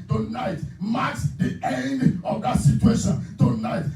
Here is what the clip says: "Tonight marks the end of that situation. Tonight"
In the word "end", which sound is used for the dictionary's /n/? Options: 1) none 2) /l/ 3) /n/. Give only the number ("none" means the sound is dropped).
3